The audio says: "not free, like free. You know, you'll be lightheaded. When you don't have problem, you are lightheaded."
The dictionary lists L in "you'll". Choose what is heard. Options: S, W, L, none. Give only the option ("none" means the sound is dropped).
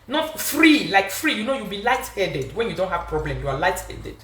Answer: W